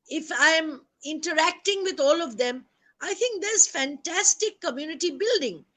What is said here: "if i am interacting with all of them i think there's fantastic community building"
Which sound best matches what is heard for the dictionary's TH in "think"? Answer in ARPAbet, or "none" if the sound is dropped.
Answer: T